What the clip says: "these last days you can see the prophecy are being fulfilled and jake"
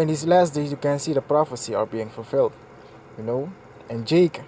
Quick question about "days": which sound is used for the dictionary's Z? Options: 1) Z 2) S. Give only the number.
2